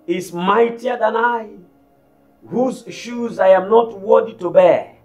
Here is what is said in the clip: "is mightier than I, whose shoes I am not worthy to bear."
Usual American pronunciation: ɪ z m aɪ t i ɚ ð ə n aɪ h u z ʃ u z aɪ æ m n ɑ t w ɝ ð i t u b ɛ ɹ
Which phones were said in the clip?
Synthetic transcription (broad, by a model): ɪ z m aɪ t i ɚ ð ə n aɪ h u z ʃ u z aɪ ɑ m n ɑ t w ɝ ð i t u b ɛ